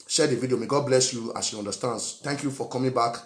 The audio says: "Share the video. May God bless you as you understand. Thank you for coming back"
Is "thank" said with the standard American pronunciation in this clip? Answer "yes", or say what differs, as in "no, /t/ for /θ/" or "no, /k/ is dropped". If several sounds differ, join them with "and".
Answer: no, /s/ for /θ/